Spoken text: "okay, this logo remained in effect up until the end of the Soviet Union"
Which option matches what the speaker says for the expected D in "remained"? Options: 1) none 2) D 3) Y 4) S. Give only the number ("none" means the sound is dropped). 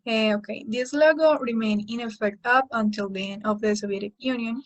1